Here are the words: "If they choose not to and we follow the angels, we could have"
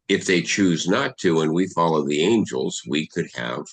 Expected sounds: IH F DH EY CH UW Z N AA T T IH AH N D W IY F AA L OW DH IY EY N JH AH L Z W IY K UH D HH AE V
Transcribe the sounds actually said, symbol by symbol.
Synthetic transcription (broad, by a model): IH F DH EY CH UW Z N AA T T IH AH N W IY F AA L OW DH IY EY N JH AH L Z W IY K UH D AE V